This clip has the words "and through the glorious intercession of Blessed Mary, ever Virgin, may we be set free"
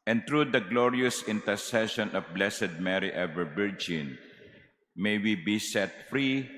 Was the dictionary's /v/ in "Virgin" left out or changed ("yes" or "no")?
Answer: yes